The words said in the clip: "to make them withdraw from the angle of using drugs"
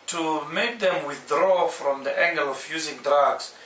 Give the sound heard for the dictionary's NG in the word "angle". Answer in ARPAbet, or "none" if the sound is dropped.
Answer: NG